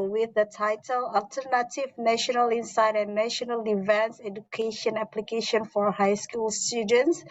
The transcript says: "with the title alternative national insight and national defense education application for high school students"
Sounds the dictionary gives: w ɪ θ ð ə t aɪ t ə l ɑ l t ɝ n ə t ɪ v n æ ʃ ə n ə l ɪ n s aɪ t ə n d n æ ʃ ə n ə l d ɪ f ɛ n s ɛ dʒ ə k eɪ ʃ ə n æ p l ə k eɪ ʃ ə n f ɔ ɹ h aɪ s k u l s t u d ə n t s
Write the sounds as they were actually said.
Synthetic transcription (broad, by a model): w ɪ ð ə t aɪ t ə l ɑ l t ɝ n ə t ɪ v n æ ʃ ə n ə l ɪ n s aɪ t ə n n æ ʃ ə n ə l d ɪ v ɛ n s ɛ dʒ ə k eɪ ʃ ə n æ p l ə k eɪ ʃ ə n f ɔ ɹ h aɪ s k u l s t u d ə n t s